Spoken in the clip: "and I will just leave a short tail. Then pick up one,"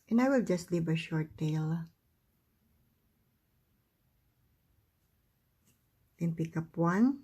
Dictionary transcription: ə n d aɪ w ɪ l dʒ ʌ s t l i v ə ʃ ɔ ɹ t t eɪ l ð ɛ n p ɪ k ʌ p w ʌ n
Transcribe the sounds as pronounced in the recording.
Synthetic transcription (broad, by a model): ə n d aɪ w ɪ l dʒ ʌ s t l i v ə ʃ ɔ ɹ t t eɪ l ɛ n p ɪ k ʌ p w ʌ n